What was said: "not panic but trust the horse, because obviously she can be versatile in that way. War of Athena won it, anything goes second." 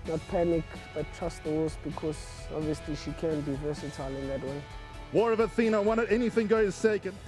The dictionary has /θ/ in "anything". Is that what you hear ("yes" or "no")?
yes